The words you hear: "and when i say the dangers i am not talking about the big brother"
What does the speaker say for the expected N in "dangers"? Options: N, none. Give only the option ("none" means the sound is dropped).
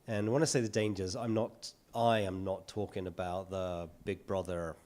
N